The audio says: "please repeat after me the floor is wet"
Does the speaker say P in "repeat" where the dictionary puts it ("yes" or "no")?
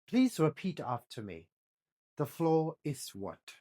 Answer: yes